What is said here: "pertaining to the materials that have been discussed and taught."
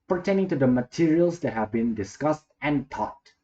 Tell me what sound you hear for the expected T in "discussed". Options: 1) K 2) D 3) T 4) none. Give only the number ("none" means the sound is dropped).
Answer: 3